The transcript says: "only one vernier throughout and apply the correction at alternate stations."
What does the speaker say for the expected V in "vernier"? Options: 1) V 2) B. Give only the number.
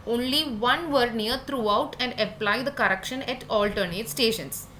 1